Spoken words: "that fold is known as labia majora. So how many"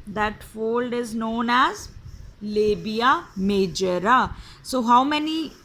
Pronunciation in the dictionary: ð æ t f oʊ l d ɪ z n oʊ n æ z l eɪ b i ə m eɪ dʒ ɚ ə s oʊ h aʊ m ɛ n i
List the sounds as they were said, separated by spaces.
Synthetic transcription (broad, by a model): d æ t f oʊ l d ɪ z n oʊ n æ z l eɪ b i ə m eɪ dʒ ɚ ə s oʊ h aʊ m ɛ n i